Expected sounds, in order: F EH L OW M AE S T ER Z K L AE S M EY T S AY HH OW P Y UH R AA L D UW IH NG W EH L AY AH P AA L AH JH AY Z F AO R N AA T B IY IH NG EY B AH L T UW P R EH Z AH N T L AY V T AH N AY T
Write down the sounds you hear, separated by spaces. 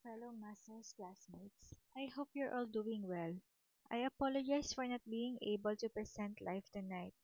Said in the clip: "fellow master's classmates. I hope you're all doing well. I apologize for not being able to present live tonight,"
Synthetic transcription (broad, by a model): F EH L OW M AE S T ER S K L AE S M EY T S AY HH OW P Y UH R AA L D UW IH NG W EH L AY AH P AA L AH JH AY S F AO R N AA T B IY IH NG EY B AH L T UW P R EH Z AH N T L AY F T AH N AY T